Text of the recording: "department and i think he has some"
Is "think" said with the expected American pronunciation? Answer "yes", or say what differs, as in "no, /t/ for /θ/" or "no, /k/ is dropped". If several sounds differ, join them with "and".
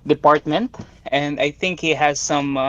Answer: yes